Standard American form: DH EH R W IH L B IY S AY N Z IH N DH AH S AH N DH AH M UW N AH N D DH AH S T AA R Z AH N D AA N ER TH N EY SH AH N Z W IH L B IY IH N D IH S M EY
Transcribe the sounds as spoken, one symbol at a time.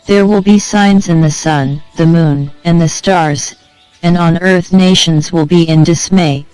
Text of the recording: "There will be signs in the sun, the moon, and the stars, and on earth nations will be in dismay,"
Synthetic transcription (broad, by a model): DH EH R W IH L B IY S AY N Z IH N DH AH S AH N DH AH M UW N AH N DH AH S T AA R Z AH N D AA N ER TH N EY SH AH N Z W IH L B IY IH N D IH S M EY